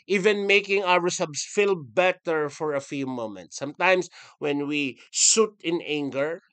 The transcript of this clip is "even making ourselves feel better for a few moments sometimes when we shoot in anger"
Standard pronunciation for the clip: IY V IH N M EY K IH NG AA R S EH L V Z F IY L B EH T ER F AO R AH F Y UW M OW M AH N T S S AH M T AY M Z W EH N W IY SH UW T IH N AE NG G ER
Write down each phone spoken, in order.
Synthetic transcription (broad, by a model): IY V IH N M EY K IH NG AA R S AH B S F IY L B EH T ER F AO R AH F Y UW M OW M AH N T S S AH M T AY M S W EH N W IY S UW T IH N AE NG G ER